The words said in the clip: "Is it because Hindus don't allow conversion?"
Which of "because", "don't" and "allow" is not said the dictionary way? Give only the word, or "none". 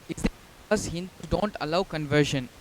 because